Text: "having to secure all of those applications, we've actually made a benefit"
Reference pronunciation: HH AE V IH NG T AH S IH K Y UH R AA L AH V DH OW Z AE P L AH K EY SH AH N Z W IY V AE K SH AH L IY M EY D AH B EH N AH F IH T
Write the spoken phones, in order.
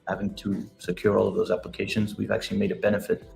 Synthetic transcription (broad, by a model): HH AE V IH NG T AH S IH K Y UH R AA L AH V DH OW Z AE P L AH K EY SH AH N Z W IY V AE K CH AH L IY M EY D AH B EH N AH F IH T